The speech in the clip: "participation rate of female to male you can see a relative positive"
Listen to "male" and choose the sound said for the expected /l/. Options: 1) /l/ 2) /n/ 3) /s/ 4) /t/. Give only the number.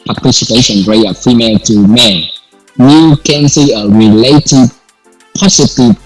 2